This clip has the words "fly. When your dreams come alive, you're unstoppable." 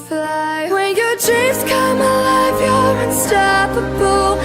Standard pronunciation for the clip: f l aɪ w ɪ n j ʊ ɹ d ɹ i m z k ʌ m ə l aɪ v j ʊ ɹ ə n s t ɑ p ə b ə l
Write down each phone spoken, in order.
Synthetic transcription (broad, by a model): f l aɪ w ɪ n j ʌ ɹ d ɹ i z k ʌ m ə l aɪ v j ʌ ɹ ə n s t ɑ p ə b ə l